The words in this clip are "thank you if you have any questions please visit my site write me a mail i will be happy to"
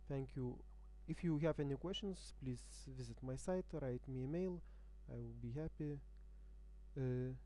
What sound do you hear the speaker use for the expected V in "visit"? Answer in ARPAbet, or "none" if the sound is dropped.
V